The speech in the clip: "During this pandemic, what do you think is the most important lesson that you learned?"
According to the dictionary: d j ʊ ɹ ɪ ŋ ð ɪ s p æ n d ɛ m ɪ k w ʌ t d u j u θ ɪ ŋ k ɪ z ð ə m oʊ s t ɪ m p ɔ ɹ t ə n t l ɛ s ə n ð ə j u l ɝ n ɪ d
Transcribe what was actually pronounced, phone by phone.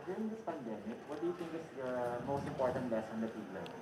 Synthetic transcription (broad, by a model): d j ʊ ɹ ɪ ŋ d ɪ s p æ n d ɛ m ɪ k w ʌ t d u j u t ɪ ŋ k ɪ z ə m oʊ s t ɪ m p ɔ ɹ t ə n t l ɛ s ə n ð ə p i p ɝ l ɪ